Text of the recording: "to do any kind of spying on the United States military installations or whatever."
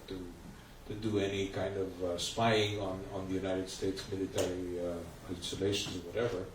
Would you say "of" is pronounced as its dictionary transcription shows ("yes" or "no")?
yes